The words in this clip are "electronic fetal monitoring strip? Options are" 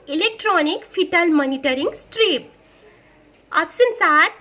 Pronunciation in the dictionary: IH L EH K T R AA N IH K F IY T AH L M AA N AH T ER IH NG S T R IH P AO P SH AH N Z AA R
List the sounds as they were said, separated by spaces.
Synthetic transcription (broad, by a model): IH L EH K T R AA N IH K P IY T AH L M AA N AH T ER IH NG S T R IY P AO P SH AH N S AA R